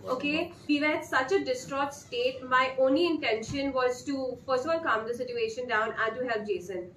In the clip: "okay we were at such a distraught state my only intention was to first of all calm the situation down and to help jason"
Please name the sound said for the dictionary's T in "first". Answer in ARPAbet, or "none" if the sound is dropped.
none